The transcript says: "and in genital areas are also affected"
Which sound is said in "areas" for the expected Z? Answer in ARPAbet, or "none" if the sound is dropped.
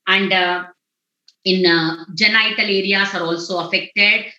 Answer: S